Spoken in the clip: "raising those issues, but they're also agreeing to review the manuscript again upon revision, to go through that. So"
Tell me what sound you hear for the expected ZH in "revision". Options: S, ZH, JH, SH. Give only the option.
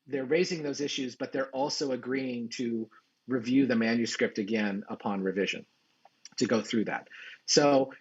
ZH